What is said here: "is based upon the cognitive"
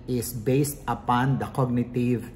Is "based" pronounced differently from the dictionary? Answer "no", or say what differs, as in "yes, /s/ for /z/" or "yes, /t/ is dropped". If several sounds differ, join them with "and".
no